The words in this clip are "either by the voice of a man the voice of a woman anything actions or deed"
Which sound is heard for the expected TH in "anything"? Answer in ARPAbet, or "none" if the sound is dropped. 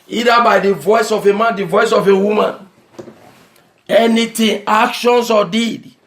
T